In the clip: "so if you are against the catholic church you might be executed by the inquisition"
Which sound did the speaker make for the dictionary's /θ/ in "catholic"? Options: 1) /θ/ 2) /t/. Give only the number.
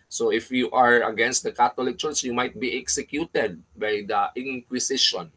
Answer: 2